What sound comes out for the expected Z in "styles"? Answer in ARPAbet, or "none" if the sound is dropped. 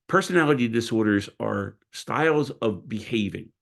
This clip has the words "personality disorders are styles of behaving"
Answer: Z